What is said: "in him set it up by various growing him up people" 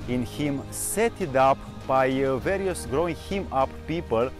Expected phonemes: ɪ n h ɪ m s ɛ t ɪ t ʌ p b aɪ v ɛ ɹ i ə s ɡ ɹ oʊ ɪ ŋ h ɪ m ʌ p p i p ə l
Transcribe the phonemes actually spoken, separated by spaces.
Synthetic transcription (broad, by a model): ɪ n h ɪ m s ɛ t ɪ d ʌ p b aɪ v ɛ ɹ i ə s ɡ ɹ oʊ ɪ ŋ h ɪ m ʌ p p i p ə l